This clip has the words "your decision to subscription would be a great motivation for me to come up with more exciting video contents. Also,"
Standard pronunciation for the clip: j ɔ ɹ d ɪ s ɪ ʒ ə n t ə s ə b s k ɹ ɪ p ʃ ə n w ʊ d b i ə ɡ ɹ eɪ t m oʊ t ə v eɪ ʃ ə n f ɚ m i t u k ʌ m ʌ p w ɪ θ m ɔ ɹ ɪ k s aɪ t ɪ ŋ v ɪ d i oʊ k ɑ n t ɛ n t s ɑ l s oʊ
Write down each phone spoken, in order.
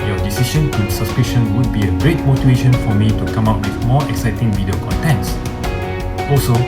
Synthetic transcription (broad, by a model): j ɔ d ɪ s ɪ ʃ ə n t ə s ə s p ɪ ʃ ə n w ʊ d b i ə ɡ ɹ eɪ t m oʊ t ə eɪ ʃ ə n f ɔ m i t u k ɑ m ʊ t w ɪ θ m ɔ ɪ k s aɪ t ɪ ŋ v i d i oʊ k ɑ n t ɛ n t s ɑ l s oʊ